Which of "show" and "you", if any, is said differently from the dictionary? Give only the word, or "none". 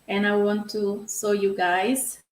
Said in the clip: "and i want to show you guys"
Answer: show